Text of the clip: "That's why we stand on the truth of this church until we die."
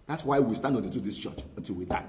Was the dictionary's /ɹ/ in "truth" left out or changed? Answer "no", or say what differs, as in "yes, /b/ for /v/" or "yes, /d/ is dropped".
yes, /ɹ/ is dropped